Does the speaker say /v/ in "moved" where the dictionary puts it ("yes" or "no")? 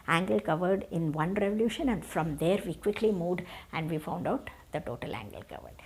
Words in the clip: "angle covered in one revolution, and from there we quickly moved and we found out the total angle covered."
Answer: no